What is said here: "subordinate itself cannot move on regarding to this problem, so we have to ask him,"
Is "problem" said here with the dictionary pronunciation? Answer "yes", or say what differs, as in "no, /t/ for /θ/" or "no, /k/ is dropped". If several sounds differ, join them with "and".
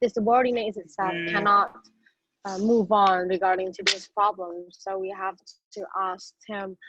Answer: yes